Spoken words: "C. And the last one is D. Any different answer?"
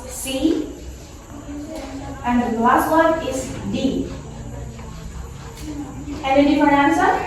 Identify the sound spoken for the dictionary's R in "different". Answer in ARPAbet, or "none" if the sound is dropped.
none